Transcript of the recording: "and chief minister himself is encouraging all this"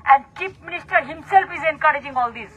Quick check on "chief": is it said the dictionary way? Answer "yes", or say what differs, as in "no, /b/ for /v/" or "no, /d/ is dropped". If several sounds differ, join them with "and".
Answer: no, /p/ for /f/